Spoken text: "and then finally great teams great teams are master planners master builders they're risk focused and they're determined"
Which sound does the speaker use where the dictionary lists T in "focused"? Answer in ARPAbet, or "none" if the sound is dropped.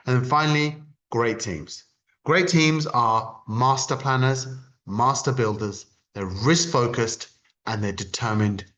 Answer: T